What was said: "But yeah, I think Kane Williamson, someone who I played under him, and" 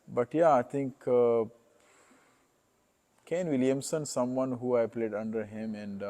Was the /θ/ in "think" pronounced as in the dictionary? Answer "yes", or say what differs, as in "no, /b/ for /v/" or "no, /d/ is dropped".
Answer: no, /t/ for /θ/